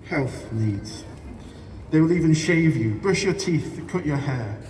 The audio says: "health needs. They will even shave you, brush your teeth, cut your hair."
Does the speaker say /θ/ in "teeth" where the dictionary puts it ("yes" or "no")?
yes